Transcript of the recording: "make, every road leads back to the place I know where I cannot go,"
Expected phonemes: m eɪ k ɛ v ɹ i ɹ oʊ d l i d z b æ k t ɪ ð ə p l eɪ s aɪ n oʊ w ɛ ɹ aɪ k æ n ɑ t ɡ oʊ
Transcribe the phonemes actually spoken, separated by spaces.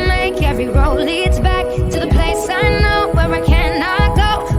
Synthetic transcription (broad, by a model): m eɪ k ɛ v ɹ i ɹ oʊ l i d z b æ k t ɪ ð ə p l eɪ s aɪ n oʊ w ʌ ɹ aɪ k æ n ɑ t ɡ oʊ